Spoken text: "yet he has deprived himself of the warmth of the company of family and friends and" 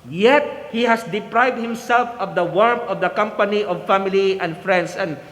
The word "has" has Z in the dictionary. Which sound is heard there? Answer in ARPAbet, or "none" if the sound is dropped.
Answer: S